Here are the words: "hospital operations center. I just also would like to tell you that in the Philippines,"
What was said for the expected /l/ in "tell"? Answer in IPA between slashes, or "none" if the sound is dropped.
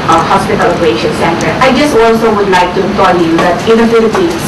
/n/